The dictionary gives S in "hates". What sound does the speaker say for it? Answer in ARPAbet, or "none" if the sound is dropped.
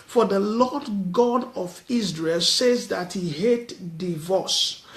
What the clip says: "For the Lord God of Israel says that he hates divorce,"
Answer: none